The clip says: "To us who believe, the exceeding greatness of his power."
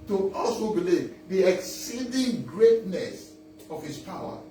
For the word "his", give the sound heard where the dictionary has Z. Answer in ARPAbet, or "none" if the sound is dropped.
S